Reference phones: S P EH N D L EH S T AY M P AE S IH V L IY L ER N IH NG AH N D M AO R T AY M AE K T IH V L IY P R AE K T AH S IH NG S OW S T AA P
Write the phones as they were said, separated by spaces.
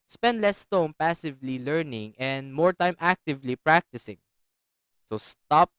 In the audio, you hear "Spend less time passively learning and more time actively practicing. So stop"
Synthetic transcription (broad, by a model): S P EH N D L EH S T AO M P AE S IH V L IY L ER N IH NG AH N D M AO R T AY M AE K T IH V L IY P R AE K T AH S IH NG S OW S T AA P